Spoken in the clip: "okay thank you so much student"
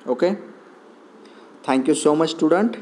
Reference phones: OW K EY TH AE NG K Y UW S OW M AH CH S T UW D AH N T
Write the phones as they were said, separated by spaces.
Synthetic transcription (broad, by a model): OW K EY T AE NG K Y UW S OW M AH CH S T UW D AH N T